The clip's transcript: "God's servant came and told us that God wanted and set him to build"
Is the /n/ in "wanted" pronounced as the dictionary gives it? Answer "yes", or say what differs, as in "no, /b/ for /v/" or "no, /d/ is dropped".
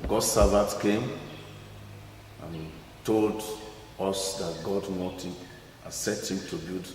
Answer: no, /n/ is dropped